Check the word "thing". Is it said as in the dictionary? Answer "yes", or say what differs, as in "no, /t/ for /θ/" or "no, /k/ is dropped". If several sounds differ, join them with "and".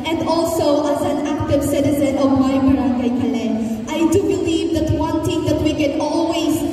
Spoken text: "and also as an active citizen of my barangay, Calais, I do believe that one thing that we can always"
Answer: no, /t/ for /θ/